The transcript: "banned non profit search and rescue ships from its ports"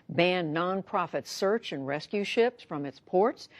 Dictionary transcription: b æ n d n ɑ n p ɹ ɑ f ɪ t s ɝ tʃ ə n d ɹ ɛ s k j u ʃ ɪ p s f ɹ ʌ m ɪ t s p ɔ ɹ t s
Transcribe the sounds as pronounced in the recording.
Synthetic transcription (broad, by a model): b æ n n ɑ n p ɹ ɑ f ɪ t s ɝ tʃ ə n ɹ ɛ s k j u ʃ ɪ p s f ɹ ʌ m ɪ t s p ɔ ɹ t s